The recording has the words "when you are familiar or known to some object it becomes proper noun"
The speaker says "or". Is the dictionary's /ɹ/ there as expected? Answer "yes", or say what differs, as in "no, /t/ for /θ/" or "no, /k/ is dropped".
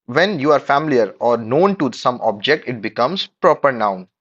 yes